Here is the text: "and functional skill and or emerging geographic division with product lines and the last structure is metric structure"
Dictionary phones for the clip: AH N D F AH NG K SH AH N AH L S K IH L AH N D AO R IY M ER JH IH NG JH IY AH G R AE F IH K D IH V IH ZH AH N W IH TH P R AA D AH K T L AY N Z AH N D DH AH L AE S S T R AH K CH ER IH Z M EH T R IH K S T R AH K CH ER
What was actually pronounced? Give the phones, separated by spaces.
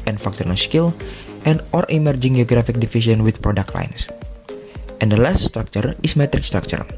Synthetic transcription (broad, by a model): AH N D F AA K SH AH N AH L S K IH L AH N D AO R IY M ER JH IH NG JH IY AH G R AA F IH K D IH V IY S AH N W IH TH P R AA D AH K T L AY N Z AH N D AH L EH S S T R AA K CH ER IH S M EH T R IH K S T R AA K CH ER